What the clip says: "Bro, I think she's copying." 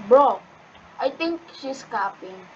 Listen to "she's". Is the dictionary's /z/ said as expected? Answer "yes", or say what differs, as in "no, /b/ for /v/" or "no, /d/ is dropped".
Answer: no, /s/ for /z/